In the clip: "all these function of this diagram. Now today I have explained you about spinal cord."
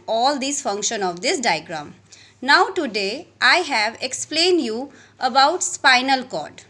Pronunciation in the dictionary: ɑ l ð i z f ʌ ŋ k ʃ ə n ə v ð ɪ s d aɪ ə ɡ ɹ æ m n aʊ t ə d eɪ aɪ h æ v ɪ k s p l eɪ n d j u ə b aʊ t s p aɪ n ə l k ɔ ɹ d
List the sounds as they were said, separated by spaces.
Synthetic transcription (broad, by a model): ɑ l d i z f ʌ ŋ k ʃ ə n ə v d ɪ s d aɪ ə ɡ ɹ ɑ m n aʊ t ə d eɪ aɪ h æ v ɪ k s p l eɪ n d j u ə b aʊ t s p aɪ n ə l k ɔ d